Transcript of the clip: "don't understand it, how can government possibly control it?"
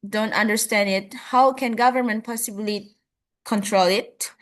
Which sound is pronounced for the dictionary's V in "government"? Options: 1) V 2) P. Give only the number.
1